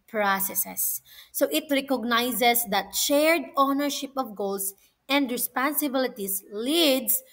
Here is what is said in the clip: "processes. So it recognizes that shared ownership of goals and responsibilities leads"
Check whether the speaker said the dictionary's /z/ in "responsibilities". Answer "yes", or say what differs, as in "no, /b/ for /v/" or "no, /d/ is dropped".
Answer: no, /s/ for /z/